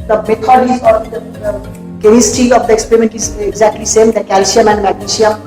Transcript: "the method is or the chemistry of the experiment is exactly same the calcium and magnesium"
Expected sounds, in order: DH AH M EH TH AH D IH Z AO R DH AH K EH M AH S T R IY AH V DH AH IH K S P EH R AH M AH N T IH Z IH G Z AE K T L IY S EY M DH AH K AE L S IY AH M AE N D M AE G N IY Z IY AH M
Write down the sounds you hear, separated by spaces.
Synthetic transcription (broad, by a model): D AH M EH T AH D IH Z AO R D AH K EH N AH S T IY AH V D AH IH K S P EH R AH M AH N T IH Z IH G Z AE K T L IY S EY M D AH K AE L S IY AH M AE N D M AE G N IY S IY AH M